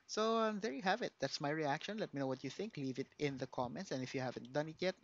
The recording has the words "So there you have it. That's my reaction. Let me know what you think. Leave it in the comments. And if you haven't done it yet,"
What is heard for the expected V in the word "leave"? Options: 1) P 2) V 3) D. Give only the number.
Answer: 2